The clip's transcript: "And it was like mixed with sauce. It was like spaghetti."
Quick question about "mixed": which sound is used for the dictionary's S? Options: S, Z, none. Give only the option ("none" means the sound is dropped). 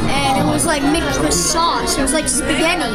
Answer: none